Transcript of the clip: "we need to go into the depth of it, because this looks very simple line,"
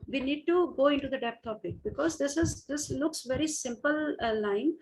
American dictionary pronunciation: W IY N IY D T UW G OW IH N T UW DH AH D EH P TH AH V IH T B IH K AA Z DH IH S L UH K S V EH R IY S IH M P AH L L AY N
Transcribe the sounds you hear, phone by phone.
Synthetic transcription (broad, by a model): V IY N IY D T UW G OW IH N T UW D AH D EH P T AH P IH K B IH K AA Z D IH S L UH K S V EH R IY S IH M P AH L L AY N